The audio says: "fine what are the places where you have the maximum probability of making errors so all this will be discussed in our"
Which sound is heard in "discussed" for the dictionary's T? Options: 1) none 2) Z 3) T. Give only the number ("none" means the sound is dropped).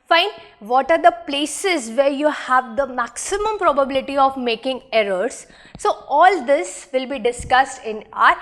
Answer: 3